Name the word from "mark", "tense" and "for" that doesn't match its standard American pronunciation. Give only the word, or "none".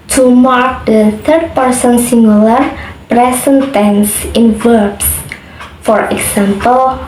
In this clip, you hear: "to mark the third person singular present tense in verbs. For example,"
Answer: none